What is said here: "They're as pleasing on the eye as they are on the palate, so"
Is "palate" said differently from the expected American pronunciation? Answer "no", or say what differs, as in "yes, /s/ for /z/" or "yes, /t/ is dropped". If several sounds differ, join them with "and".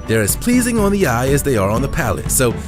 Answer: no